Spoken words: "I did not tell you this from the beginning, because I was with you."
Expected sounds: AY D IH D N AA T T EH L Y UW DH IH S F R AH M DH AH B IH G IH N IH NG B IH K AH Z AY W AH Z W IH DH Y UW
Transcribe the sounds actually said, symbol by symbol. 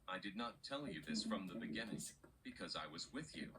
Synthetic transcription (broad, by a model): AY D IH D N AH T T EH L Y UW DH IH S F R AH M DH AH B IH G IH N IH NG B IH K AH Z AY W AH Z W IH DH Y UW